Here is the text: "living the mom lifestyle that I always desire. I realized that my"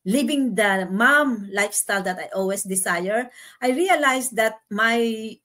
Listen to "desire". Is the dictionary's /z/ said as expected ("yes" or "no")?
no